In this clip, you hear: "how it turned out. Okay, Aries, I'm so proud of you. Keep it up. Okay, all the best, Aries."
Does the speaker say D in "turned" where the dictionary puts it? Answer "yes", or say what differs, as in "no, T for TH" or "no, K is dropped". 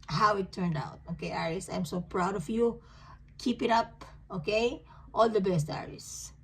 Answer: yes